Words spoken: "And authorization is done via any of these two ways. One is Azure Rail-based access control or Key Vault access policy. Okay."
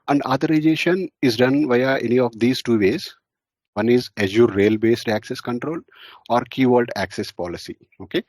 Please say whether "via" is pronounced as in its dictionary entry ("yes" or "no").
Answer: yes